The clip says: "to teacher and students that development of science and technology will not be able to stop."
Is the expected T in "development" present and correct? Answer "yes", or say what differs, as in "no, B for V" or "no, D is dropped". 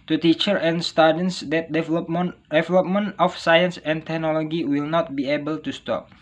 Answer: no, T is dropped